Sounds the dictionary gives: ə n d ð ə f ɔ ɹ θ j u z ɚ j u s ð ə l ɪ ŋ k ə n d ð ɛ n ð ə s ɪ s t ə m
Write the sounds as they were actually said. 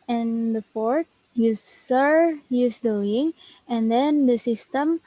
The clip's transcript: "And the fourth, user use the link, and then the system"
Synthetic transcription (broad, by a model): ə n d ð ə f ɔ ɹ t j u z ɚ j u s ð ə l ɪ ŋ ə n d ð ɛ n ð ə s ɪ s t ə m